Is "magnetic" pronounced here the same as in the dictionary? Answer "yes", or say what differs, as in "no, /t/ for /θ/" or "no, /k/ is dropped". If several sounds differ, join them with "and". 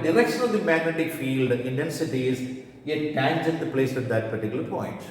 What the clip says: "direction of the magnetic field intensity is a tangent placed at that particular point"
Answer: yes